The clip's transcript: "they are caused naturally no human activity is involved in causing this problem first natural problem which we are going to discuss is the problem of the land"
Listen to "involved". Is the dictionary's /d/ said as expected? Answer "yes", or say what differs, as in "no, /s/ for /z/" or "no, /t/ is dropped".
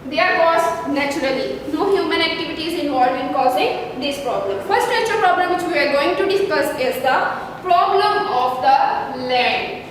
no, /d/ is dropped